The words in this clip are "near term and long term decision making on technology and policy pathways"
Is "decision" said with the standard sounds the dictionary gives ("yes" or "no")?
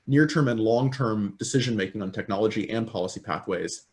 yes